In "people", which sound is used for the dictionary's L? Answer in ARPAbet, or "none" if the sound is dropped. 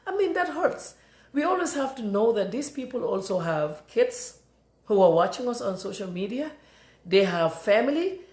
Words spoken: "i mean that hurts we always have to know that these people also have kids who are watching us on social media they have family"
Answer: L